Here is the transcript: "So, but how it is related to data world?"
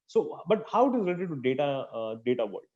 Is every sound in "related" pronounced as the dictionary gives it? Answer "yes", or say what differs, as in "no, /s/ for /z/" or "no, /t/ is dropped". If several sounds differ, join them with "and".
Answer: no, /l/ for /ɹ/